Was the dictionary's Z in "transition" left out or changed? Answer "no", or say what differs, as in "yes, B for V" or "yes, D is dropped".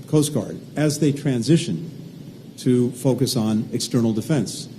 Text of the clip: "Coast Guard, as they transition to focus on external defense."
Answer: no